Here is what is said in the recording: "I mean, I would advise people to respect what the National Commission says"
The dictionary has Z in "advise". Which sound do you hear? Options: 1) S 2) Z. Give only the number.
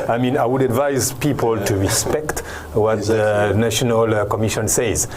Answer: 2